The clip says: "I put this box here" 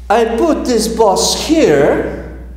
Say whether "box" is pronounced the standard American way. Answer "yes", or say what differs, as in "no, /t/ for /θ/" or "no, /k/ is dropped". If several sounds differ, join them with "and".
no, /k/ is dropped